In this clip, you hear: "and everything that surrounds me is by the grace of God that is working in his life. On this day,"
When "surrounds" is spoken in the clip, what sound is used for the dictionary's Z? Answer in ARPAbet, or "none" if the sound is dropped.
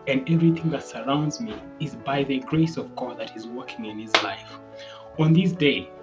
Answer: Z